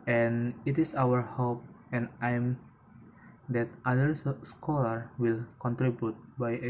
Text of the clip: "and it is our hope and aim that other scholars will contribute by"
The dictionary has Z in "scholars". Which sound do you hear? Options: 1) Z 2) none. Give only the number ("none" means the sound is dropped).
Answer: 2